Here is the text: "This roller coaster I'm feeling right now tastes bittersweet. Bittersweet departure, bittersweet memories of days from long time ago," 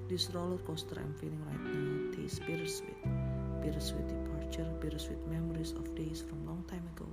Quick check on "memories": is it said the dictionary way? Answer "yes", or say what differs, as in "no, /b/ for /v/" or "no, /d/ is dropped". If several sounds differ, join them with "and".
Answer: no, /s/ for /z/